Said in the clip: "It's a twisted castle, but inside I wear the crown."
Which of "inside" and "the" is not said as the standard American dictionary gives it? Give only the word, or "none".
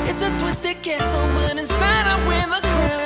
none